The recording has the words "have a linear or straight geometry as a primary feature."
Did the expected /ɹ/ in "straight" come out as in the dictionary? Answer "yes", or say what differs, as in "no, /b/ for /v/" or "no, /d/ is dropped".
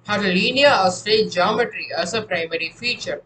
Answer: no, /ɹ/ is dropped